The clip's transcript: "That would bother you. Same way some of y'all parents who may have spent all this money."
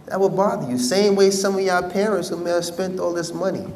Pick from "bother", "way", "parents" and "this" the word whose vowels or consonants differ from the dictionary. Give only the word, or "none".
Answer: none